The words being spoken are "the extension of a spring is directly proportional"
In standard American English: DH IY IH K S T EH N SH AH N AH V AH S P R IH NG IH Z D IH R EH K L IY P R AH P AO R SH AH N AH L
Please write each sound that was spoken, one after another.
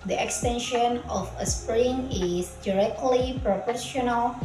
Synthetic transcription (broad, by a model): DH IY IH K S T EH N SH AH N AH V AH S P R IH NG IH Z D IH R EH K L IY P R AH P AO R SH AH N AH L